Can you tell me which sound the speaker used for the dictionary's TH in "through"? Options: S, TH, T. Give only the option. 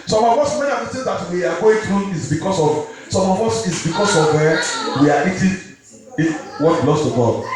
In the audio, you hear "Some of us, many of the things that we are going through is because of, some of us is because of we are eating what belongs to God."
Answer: T